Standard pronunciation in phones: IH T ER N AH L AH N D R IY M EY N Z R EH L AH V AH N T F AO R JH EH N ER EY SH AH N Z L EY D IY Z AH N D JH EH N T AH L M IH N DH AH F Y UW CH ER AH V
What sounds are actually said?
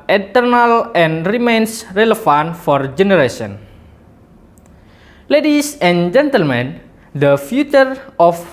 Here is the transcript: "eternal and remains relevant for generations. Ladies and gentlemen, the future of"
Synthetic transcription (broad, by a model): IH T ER N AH L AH N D R IY M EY N S R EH L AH F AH N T F AO R JH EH N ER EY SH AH N L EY D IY S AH N JH EH N T AH L M IH N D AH F Y UW CH ER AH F